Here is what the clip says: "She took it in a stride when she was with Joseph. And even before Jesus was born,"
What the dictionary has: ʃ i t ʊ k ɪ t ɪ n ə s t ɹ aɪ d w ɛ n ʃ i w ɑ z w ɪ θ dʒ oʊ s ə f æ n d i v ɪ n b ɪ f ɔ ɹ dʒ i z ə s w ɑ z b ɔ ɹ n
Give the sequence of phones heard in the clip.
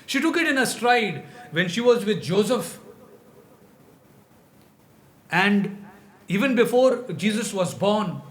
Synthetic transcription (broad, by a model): ʃ i t ʊ k ɪ t ɪ n ə s t ɹ aɪ d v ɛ n ʃ i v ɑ z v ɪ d dʒ oʊ s ə f æ n d i v ɪ n b ɪ f ɔ ɹ dʒ i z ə s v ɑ z b ɔ ɹ n